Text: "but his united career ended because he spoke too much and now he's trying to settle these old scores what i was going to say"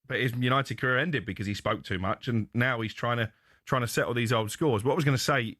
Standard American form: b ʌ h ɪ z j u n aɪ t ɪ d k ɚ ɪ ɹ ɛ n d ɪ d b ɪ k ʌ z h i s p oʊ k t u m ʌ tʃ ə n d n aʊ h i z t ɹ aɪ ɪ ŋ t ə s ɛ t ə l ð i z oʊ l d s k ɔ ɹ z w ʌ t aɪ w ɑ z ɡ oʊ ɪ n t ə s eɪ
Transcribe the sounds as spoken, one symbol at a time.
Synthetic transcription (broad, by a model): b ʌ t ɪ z j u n aɪ t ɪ d k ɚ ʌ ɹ ɛ n d ɪ d b ɪ k ʌ z i s p oʊ k t u m ʌ tʃ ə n n aʊ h i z t ɹ aɪ ɪ ŋ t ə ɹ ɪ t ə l ð i z oʊ l d s k ɔ z w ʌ t w ɑ z ɡ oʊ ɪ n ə s eɪ